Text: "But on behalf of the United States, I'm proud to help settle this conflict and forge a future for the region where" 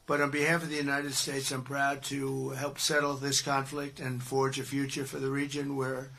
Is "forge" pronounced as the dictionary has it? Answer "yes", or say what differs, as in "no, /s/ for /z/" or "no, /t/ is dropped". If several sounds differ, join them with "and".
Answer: yes